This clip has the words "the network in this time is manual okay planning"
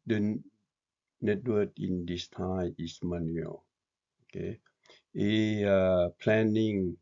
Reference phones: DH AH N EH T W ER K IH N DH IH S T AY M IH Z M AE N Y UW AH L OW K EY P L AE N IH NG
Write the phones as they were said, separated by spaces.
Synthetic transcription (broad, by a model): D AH N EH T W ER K IH N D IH S T AY IH S M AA N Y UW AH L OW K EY P L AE N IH NG